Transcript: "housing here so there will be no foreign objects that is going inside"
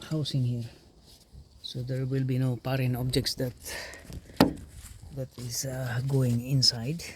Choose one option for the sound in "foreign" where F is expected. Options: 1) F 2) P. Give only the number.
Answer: 2